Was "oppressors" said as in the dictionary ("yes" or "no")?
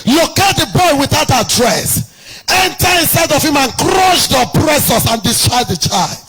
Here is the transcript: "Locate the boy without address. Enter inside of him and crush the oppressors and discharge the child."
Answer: no